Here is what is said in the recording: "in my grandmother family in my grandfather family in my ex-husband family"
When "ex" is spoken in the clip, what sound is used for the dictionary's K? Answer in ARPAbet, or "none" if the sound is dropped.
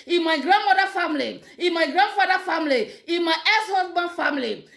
none